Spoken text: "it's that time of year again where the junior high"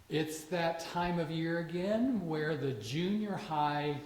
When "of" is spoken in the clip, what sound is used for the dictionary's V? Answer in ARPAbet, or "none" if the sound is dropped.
V